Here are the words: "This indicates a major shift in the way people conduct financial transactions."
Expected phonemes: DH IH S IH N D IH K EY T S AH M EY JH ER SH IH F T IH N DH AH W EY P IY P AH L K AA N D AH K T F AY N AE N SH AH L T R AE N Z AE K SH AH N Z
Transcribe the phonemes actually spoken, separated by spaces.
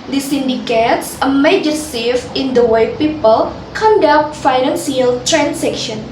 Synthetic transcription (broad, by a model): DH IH S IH N D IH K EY T S AH M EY JH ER S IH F IH N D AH W EY P IY P AH L K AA N D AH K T F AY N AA N S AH L T R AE N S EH K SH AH N